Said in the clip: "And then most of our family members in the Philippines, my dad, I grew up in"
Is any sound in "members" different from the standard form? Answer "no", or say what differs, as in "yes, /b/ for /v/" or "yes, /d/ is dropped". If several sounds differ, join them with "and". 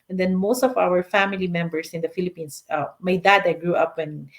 yes, /s/ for /z/